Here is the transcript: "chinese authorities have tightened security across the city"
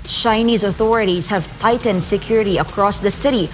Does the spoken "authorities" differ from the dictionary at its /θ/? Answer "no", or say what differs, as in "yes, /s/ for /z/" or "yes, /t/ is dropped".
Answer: no